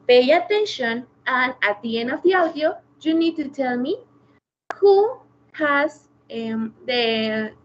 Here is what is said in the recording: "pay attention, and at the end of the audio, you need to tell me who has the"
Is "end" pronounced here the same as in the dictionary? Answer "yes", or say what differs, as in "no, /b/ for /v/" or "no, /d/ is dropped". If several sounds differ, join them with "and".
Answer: no, /d/ is dropped